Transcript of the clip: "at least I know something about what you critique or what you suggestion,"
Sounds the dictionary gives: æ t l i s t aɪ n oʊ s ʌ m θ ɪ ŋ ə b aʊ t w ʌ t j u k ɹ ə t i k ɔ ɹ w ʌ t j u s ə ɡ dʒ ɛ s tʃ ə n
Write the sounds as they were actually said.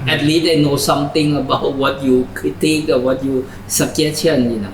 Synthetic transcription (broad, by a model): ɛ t l i s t aɪ n oʊ s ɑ m t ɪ ŋ ə b aʊ t w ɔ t j u k ɹ ə t i k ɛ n w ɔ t j u s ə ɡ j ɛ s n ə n